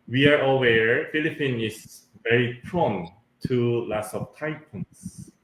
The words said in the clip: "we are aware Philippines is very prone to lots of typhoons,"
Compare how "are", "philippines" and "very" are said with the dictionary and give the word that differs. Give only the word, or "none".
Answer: philippines